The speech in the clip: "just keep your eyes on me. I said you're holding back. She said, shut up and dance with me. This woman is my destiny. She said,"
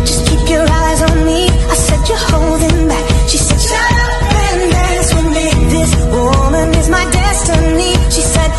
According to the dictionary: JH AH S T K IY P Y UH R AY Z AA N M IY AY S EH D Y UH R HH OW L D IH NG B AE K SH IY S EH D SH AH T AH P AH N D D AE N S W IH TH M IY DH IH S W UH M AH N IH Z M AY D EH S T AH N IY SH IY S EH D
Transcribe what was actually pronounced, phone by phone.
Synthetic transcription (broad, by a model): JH AH S K IY P Y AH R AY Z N M IY AY S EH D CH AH R HH OW L D IH NG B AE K SH IY S EH D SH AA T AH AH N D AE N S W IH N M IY DH IH S W UH M AH N IH Z M AY D EH S T AH N IY SH IY S EH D